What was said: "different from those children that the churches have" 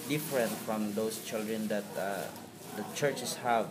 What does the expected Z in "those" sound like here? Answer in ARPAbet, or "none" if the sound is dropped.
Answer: S